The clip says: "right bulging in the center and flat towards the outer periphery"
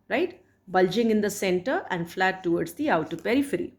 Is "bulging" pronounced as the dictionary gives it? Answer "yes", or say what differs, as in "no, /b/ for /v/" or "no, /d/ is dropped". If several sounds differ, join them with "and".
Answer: yes